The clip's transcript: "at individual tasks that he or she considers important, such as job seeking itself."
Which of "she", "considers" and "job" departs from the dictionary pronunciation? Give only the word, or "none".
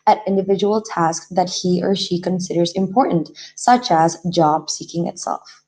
none